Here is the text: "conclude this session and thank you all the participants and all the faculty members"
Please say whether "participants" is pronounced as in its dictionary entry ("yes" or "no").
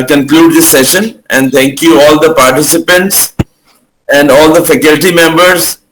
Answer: yes